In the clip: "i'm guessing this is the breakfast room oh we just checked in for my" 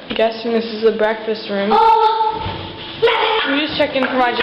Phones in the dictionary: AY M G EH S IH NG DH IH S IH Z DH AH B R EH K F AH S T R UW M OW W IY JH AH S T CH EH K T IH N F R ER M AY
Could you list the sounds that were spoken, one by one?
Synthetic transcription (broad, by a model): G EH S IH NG DH IH S IH Z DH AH B R EH K F AH S T R UW M W IY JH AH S CH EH K IH N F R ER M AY